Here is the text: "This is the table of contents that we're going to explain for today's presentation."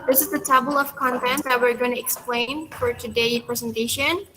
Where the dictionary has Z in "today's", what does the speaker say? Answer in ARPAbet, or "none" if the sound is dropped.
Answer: none